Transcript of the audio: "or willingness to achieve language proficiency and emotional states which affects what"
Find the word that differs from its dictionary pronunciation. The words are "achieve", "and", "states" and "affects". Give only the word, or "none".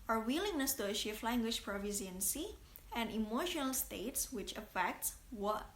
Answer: achieve